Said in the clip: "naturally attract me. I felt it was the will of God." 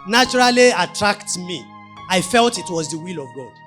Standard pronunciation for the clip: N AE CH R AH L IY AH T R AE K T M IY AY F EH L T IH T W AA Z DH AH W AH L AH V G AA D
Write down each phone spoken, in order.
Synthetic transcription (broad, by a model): N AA CH R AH L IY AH T R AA K T M IY AY F EH L T IH T W AA Z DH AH W AH L AH V G AA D